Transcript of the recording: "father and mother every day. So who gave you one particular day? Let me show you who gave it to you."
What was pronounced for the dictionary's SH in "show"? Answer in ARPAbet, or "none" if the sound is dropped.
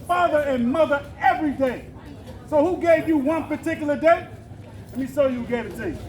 S